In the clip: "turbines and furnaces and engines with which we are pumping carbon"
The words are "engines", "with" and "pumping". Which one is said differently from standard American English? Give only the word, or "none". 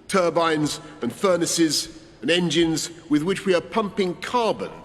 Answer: none